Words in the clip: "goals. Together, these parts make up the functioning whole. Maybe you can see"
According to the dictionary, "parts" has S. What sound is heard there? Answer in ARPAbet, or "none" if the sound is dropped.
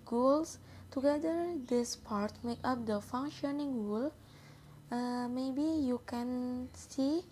none